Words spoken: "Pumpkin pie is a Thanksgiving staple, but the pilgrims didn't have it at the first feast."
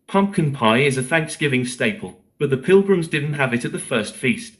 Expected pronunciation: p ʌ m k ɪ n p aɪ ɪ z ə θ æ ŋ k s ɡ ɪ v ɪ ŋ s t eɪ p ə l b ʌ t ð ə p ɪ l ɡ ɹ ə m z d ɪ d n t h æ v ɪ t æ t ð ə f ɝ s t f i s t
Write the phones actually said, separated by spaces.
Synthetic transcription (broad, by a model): p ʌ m k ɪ n p aɪ ɪ z ə θ æ ŋ k s ɡ ɪ v ɪ ŋ s t eɪ p ə l b ʌ t ð ə p ɪ l ɡ ɹ ə m z d ɪ d n t h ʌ v ɪ t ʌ t ð ə f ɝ s t f i s t